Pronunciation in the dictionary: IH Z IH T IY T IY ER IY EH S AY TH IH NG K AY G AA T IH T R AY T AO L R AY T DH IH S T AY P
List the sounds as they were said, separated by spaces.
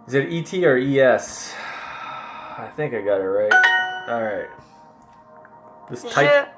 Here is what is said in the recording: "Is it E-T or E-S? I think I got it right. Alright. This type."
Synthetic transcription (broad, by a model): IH Z IH T IY T IY ER IY EH S AY TH IH NG K AY G AA T IH T R AY T AO L R AY T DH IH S T AY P